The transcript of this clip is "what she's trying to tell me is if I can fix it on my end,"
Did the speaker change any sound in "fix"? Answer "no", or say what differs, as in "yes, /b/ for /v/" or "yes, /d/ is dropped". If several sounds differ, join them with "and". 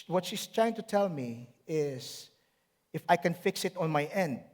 no